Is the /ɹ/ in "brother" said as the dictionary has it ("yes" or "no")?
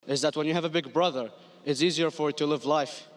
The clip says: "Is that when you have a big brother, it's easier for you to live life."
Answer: yes